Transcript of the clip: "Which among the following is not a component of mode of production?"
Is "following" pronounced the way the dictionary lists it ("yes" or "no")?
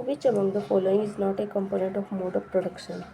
yes